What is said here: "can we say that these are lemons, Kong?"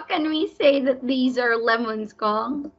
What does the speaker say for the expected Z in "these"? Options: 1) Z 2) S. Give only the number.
1